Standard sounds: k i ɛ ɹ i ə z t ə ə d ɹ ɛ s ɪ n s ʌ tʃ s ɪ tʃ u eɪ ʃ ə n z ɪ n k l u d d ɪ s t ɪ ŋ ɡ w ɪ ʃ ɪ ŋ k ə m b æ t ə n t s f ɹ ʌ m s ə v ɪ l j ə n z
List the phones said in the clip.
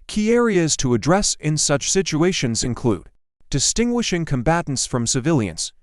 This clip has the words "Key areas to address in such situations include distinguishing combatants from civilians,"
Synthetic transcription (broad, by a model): k i ɛ ɹ i ə z t ə ə d ɹ ɛ s ɪ n s ʌ tʃ s ɪ tʃ u eɪ ʃ ə n z ɪ n k l u d d ɪ s t ɪ ŋ ɡ w ɪ ʃ ɪ ŋ k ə m b æ t n t s f ɹ ʌ m s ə v ɪ l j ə n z